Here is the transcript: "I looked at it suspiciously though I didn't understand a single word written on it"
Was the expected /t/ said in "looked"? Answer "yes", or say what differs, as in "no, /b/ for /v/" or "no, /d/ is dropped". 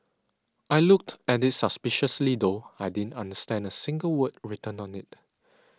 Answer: yes